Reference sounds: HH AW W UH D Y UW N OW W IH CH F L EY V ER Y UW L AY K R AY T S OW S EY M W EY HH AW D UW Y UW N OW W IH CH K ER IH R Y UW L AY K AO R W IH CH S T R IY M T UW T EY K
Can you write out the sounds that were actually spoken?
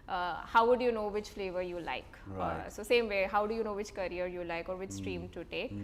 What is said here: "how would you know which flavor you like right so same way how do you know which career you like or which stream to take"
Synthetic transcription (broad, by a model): HH AW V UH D Y UW N OW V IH CH F L EY V ER Y UW L AY K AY S OW S EY M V EY HH AW D UW Y UW N OW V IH CH K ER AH R Y UW L AY K AO R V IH CH S T R IY M T UW T EY K